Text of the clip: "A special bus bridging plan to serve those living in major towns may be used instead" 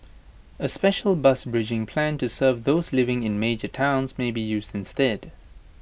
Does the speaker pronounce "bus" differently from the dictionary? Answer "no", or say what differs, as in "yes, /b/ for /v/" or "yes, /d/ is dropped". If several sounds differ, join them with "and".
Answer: no